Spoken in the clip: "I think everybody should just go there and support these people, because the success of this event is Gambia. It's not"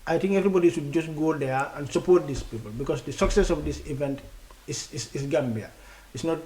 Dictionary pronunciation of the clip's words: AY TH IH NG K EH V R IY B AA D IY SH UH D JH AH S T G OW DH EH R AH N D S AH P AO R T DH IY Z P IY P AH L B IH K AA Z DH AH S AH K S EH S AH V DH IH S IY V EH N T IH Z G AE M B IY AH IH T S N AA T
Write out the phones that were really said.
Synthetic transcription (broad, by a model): AY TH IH NG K EH V R IY B AA D IY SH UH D JH AH S T G OW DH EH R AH N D S AH P AO R T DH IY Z P IY P AH L B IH K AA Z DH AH S AH K S EH S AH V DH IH S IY V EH N T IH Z G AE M B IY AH IH T S N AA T